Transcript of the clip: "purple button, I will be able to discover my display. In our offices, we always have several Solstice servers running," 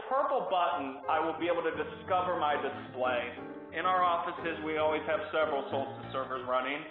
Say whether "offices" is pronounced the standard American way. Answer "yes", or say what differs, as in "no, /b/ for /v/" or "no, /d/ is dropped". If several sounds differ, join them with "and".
yes